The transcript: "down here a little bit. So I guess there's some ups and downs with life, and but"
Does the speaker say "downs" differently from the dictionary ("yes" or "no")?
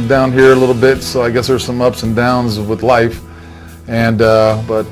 no